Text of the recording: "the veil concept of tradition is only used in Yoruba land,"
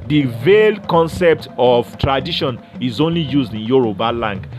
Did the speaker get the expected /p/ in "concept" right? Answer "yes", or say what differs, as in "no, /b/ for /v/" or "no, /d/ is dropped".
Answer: yes